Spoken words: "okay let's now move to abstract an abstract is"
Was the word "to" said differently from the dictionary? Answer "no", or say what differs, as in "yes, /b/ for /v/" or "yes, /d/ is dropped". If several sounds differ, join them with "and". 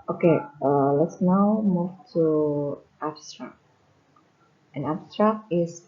no